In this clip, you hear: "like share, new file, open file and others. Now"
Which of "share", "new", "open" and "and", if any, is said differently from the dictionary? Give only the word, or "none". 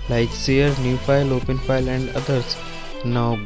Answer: share